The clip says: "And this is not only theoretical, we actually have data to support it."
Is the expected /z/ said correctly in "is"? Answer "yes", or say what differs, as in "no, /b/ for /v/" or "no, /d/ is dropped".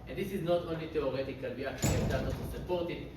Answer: yes